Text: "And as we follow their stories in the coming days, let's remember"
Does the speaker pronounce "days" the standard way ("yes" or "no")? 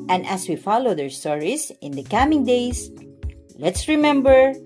no